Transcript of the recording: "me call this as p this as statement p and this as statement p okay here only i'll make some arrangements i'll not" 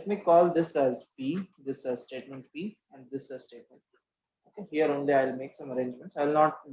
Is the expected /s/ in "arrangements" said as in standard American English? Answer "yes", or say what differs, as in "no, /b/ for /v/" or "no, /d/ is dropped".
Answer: yes